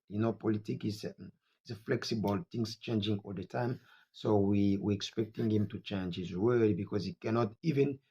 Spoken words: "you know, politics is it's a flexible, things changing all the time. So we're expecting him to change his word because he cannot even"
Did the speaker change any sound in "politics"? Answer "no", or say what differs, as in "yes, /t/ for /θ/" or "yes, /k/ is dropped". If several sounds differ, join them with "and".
yes, /s/ is dropped